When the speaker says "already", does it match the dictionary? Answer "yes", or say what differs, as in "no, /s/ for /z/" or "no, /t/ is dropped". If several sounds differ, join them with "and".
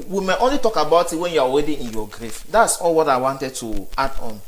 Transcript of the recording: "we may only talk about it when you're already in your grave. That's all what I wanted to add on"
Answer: no, /w/ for /ɹ/